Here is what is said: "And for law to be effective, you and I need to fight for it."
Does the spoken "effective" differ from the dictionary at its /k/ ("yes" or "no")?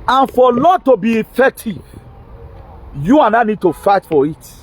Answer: yes